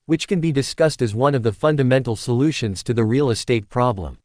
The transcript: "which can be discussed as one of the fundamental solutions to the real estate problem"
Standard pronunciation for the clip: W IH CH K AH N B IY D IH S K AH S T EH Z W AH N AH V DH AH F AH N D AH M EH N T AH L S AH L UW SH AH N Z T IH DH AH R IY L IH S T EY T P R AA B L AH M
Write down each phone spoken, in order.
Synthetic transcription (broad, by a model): W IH CH K AH N B IY D IH S K AH S T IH Z W AH N AH V DH AH F AH N D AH M EH N T L S AH L UW SH AH N Z T IH DH AH R IY L IH S T EY T P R AA B L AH M